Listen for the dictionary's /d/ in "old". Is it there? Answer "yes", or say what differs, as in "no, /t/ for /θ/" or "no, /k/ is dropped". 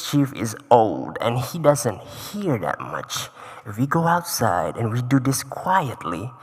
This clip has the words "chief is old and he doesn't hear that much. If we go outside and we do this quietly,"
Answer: yes